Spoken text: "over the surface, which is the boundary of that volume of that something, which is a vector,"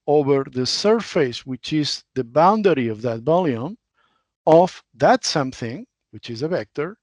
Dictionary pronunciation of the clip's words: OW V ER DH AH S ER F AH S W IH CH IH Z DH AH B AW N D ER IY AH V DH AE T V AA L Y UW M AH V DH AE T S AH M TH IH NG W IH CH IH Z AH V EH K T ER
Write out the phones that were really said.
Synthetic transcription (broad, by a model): OW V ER DH AH S ER F AH S W IH CH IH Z DH AH B AW N D ER IY AH V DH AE T B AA L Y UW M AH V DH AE T S AH M TH IH NG W IH CH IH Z AH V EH K T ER